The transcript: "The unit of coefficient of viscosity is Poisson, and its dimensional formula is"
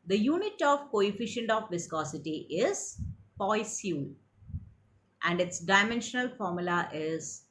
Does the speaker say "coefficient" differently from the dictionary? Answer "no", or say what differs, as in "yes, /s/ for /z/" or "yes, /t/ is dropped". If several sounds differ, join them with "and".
no